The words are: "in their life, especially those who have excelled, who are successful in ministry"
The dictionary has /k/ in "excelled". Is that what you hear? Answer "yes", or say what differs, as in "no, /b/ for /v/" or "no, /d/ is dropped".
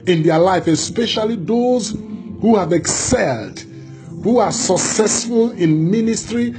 yes